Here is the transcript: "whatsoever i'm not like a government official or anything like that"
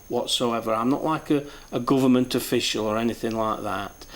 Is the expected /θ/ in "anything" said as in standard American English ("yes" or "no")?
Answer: yes